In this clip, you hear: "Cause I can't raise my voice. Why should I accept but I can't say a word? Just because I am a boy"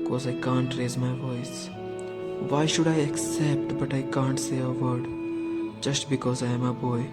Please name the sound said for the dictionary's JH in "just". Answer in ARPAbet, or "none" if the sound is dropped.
JH